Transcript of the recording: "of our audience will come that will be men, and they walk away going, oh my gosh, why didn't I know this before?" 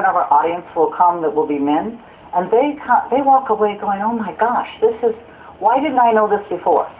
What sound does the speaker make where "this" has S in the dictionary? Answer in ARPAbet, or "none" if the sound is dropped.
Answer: S